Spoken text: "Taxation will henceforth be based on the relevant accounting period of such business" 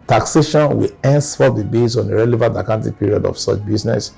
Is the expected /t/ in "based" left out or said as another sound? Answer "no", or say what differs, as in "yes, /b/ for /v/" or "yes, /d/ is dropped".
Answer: yes, /t/ is dropped